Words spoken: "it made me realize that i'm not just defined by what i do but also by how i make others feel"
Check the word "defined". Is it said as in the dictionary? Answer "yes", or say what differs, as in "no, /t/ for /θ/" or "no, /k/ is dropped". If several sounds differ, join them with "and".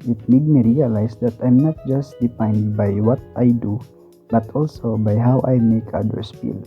no, /p/ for /f/